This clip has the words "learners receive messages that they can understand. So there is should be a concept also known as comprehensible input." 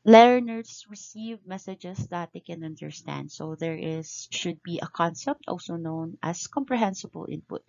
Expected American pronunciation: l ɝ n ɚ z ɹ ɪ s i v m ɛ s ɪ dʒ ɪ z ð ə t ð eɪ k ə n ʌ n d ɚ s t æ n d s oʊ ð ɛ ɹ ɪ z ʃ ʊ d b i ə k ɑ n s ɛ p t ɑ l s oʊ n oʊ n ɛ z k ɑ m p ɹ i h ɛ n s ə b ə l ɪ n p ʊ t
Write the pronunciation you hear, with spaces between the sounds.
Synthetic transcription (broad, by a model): l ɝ n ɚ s ɹ ɪ s i v m ɛ s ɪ dʒ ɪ s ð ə t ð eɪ k ə n ʌ n d ɚ s t æ n d s oʊ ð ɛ ɹ ɪ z ʃ ʊ d b i ə k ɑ n s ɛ p t ɑ l s oʊ n oʊ n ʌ s k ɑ m p ɹ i h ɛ n s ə b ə l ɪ n p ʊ t